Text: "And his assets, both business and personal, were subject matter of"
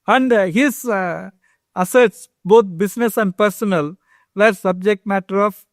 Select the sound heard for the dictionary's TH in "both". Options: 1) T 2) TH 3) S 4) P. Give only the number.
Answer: 1